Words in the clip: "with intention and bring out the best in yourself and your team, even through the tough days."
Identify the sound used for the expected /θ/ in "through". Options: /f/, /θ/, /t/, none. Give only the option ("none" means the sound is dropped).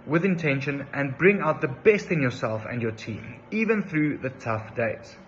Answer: /θ/